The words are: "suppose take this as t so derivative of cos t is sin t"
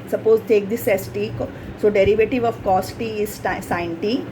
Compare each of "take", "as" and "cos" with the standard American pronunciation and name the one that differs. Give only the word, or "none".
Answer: as